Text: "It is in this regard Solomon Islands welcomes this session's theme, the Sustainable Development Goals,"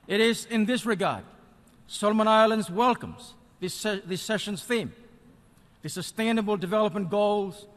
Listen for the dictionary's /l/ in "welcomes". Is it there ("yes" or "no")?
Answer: yes